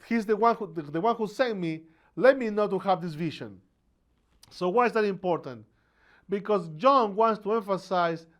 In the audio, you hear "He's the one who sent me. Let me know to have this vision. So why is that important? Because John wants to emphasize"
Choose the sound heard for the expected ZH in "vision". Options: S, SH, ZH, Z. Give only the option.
SH